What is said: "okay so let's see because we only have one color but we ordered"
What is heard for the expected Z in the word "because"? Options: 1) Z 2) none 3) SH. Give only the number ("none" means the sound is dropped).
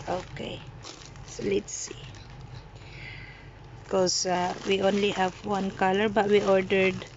2